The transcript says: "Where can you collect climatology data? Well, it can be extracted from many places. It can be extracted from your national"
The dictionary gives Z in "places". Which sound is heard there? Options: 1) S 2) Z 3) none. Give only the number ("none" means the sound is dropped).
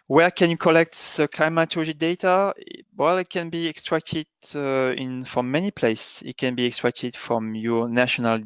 1